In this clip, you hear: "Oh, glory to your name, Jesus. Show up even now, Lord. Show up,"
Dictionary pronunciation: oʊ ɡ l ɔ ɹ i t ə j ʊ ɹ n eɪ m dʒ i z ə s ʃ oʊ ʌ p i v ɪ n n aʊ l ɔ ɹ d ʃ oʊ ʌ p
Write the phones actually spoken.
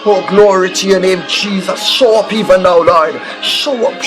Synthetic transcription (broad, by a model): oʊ ɡ l ɔ ɹ i t ə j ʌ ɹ n eɪ m dʒ i z ə s ʃ oʊ ʌ p i v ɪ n n aʊ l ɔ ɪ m ʃ oʊ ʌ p